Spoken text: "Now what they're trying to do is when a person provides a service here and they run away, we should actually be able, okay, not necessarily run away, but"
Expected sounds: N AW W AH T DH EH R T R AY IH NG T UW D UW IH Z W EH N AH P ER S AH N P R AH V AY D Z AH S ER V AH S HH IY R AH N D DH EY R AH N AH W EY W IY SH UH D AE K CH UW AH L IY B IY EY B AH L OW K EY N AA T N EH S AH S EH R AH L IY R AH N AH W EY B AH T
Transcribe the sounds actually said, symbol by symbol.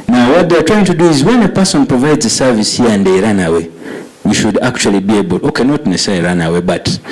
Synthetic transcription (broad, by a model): N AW W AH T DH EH T R AY IH NG T UW D UW IH Z W EH N AH P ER S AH N P R AH V AY D Z AH S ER V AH S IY AH N D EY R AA N AH W EY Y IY SH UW D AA K CH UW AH L IY B IY EY B AH L OW K EY N AA T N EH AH S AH IY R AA N AH W EY B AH T